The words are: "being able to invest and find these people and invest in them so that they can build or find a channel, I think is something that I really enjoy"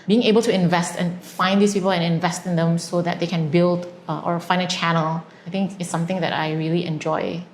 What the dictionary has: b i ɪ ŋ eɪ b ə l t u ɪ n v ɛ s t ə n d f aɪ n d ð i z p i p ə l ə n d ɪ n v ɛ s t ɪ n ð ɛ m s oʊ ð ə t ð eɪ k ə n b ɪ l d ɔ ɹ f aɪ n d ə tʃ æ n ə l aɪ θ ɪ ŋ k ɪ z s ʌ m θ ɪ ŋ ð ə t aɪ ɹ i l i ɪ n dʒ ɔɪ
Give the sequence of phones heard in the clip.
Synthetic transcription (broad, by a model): b i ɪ ŋ eɪ b ə l t u ɪ n v ɛ s t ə n f aɪ n d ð i s p i p ə l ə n ɪ n v ɛ s t ɪ n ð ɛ m s oʊ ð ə t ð eɪ k ə n b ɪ l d ɔ ɹ f aɪ n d ə tʃ æ n ə l aɪ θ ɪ ŋ k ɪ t s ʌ m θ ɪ ŋ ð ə t aɪ ɹ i l i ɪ n dʒ ɔɪ